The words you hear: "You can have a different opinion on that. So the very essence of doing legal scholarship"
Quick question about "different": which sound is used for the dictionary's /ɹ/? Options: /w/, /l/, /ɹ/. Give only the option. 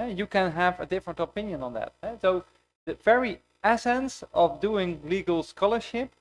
/ɹ/